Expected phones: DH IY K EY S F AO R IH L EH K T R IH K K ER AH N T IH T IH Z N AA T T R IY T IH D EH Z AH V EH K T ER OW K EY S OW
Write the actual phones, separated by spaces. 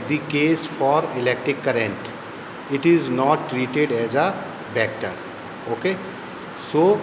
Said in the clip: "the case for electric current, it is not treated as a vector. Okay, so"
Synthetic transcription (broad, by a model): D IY K EY S F AO R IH L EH K T R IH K K ER AH N T IH T IH Z N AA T T R IY T IH D EH Z AH B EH K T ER OW K EY S OW